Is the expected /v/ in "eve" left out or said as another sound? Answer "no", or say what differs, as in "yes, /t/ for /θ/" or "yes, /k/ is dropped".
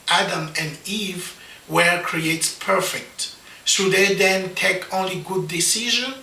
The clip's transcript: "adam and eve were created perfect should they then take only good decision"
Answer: no